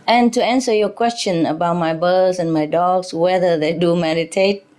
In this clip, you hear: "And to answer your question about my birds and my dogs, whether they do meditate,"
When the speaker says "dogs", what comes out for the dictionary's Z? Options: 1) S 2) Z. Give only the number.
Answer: 1